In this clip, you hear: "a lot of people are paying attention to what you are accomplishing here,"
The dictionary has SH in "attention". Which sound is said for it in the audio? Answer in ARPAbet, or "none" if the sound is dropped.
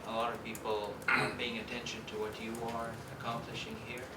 SH